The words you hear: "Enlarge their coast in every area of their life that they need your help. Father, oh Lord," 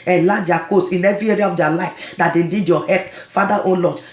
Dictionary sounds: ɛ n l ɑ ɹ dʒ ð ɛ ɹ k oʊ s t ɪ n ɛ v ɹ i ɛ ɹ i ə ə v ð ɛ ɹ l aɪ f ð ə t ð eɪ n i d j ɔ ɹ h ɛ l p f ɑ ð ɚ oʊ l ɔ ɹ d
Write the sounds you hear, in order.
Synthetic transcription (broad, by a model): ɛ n l ɑ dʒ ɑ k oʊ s ɪ n ɛ v ɹ i ɛ ɹ i ə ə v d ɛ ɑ l aɪ f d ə t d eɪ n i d j ɔ h ɛ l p f ɑ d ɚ oʊ l ɔ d